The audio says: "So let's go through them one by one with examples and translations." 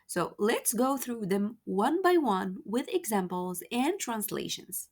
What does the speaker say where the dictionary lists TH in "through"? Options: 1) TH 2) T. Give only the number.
1